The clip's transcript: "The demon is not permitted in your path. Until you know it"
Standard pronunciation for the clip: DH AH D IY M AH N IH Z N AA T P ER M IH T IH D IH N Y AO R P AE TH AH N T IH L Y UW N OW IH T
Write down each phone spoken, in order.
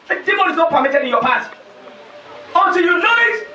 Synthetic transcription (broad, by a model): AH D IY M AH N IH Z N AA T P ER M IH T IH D IH N Y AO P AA T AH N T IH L Y UW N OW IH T